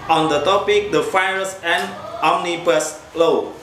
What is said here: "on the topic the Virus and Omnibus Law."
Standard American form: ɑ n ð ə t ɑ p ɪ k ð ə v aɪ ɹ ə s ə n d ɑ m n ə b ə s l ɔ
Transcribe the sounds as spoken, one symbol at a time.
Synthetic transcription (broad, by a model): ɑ n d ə t ɑ p ɪ k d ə f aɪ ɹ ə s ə n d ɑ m n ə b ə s l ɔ